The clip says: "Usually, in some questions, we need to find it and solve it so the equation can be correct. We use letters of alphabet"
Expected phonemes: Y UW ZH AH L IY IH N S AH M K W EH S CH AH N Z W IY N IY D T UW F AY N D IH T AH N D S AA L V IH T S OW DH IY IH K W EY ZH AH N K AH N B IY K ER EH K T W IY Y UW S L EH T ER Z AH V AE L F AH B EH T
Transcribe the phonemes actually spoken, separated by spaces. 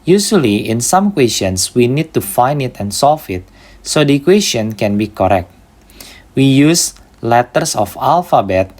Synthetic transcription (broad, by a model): Y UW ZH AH L IY IH N S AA M K W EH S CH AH N S W IY N IY D T UW F AY N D IH T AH N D S AA L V IH T S OW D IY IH K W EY S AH N K AH N B IY K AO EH K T W IY Y UW S L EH T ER S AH F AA L F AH B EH T